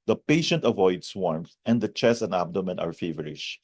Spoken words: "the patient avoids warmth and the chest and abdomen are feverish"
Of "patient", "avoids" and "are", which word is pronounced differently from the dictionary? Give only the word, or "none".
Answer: avoids